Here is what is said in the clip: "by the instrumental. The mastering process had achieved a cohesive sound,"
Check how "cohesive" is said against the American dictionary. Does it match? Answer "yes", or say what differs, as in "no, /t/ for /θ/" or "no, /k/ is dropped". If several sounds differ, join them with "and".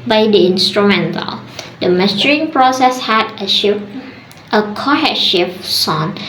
no, /ʃ/ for /s/ and /f/ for /v/